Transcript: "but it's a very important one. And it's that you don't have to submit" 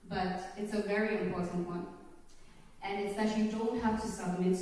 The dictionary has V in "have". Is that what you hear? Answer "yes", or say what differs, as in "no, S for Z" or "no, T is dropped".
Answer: no, F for V